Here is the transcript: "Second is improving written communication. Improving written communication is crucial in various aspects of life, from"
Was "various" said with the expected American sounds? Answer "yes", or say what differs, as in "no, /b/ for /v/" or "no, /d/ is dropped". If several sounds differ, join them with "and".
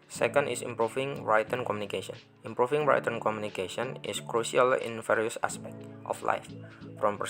no, /f/ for /v/